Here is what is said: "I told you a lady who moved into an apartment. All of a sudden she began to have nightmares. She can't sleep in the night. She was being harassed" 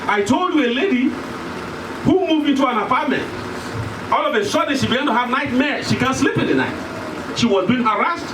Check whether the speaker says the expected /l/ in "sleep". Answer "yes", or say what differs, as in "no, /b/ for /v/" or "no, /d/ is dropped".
yes